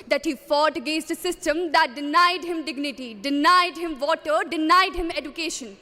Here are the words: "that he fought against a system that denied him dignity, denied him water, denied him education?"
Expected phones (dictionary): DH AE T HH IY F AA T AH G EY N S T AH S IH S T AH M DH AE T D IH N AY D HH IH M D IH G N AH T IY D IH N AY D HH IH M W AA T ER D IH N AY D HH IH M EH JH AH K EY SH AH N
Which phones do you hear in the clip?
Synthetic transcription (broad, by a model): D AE T HH IY F AA T G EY S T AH S IH S T AH M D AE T D IH N AY D HH IH M D IH G N AH T IY D IH N AY D HH IH M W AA T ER D IH N AY D HH IH M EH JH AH K EY SH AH N